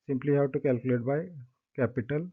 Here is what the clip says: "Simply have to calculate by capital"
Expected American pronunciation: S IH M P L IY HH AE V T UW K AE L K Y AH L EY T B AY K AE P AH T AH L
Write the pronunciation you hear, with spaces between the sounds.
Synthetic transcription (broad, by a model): S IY M P L IY HH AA W T UW K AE L K Y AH L EY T B AY K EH P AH T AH L